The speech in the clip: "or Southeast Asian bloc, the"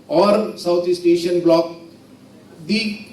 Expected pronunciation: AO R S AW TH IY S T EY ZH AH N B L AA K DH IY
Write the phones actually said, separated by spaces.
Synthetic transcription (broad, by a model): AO R S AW T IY S T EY SH AH N B L AA K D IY